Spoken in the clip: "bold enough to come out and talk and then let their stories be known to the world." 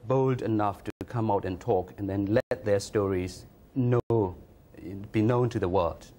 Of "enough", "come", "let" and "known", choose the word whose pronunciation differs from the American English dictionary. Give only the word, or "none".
none